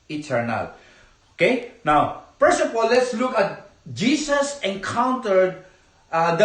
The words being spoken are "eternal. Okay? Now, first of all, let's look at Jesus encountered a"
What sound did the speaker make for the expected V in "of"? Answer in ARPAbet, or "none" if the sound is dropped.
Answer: P